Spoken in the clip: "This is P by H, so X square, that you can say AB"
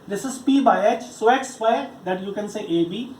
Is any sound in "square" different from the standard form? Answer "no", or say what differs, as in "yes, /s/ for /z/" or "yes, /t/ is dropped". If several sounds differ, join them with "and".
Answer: yes, /k/ is dropped